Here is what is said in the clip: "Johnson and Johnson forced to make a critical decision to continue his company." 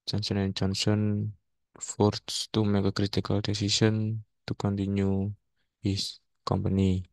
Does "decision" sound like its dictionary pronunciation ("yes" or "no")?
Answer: no